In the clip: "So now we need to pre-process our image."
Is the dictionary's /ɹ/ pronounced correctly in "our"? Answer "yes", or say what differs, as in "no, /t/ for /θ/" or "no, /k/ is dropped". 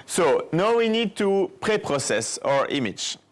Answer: yes